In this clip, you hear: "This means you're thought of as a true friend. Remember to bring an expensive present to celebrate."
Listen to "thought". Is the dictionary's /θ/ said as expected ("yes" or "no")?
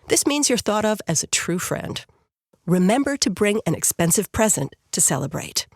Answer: yes